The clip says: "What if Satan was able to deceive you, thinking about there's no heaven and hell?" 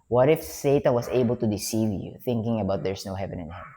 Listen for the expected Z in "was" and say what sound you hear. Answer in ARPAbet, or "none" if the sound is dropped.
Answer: S